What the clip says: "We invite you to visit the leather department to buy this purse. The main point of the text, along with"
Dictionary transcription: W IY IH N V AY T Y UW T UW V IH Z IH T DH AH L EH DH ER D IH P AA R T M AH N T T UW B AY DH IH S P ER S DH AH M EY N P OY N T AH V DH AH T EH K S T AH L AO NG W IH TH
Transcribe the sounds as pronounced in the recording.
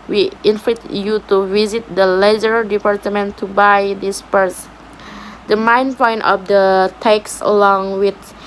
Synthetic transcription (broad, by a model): W IY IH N F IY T Y UW T UW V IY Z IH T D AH L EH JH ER D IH P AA R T M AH N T T UW B AY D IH S P ER S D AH M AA N P OY N T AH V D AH T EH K S AH L AO NG W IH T